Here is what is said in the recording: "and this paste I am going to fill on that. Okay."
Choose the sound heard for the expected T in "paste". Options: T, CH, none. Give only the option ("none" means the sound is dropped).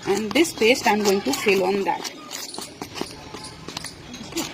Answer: T